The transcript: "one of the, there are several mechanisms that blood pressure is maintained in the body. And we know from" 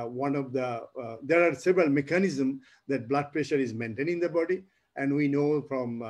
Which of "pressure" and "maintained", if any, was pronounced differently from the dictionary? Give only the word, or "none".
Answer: maintained